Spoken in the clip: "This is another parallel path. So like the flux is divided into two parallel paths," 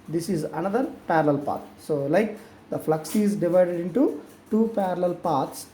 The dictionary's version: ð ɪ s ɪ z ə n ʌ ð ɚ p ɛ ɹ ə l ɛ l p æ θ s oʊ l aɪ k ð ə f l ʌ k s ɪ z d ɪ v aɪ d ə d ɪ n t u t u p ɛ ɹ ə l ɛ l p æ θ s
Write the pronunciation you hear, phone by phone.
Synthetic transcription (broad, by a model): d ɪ s ɪ z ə n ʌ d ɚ p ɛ ɹ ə l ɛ l p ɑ t s oʊ l aɪ k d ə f l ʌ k s ɪ z d ɪ v aɪ d ə d ɪ n t u t u p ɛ ɹ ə l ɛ l p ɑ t s